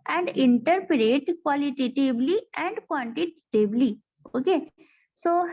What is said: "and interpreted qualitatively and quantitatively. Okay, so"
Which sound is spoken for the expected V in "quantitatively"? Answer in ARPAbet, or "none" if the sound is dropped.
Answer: B